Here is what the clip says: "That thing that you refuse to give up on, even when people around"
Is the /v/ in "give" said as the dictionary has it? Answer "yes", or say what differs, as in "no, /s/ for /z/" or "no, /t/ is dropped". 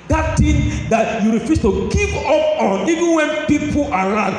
no, /p/ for /v/